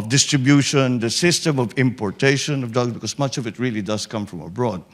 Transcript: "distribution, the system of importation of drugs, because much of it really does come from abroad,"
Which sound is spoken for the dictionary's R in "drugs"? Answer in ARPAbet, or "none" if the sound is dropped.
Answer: none